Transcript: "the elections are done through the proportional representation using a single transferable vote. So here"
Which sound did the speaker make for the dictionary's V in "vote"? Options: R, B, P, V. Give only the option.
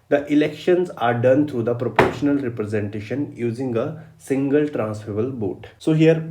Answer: B